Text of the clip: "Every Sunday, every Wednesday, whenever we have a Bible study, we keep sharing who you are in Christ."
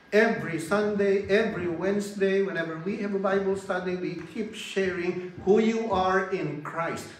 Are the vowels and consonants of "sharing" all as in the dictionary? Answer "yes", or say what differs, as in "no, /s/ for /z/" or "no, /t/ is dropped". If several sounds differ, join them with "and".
yes